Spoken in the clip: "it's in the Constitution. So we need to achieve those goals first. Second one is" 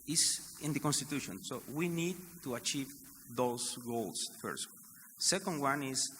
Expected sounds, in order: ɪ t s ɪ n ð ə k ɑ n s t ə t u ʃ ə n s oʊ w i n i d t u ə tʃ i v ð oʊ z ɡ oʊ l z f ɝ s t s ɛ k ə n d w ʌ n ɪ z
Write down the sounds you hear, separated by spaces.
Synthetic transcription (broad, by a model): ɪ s ɪ n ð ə k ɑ n s t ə t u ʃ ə n s oʊ w i n i d t u ə tʃ i v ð oʊ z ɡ oʊ l s f ɝ s t s ɛ k ə n d w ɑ n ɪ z